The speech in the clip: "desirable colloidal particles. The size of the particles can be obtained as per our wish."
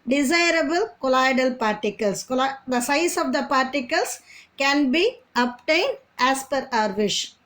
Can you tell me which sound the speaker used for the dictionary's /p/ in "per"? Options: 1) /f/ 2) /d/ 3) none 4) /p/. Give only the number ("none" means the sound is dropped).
4